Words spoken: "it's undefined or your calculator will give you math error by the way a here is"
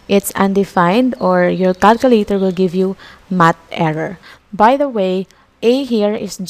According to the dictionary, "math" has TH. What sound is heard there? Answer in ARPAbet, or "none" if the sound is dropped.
T